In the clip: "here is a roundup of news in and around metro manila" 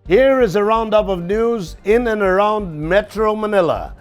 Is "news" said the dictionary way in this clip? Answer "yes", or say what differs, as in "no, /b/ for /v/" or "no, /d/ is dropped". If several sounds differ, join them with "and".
yes